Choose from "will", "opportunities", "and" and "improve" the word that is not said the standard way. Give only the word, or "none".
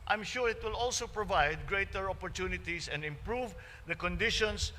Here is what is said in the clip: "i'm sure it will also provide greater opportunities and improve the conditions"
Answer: opportunities